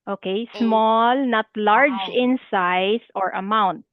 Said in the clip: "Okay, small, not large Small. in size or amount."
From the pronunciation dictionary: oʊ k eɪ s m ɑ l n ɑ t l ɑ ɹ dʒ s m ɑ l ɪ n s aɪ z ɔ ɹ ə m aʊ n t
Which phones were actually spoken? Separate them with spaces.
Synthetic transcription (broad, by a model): oʊ k eɪ s m ɑ l n ɑ t l ɑ ɹ dʒ ɪ n s aɪ s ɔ ɹ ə m aʊ n t